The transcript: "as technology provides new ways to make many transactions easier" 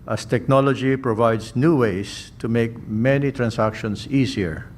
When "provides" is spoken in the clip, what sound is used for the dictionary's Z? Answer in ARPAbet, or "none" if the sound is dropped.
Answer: S